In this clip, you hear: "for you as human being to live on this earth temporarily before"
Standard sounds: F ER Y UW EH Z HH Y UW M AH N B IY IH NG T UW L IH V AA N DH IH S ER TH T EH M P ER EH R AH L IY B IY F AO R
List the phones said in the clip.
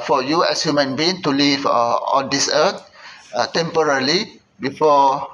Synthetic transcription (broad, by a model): F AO Y UW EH S HH Y UW M AH N B IY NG T UW L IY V AA N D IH S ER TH T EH M P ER R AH L IY B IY F AO